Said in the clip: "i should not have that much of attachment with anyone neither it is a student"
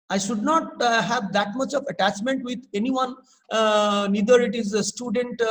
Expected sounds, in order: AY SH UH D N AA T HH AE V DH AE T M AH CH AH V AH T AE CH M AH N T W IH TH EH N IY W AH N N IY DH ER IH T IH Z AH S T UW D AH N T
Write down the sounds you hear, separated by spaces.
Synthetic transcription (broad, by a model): AY SH UH D N AA T HH AE V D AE T M AH CH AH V AH T AE CH M AH N T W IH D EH N IY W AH N N IY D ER IH T IH Z AH S T UW D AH N T